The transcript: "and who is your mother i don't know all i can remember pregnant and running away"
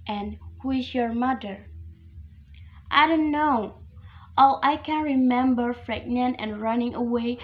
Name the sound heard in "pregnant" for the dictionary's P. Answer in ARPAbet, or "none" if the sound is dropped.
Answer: F